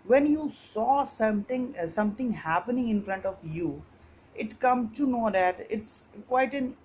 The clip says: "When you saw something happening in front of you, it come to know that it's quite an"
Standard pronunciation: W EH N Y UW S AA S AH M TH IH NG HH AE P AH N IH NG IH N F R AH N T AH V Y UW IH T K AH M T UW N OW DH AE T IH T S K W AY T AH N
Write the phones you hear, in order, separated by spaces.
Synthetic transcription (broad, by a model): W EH N Y UW S AA S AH M S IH NG HH AE P AH N IH NG IH N F R AH N T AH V Y UW IH T K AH M T UW N OW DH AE T IH T S K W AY T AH N